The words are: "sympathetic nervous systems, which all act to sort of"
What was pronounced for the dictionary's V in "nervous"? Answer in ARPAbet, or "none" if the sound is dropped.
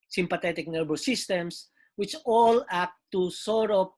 B